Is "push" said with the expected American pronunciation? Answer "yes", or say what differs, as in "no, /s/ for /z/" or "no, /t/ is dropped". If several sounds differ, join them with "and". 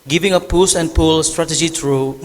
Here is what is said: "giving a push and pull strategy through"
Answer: no, /s/ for /ʃ/